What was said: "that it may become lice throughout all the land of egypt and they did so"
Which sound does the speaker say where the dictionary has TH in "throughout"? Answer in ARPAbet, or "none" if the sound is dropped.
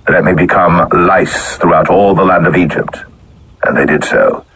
TH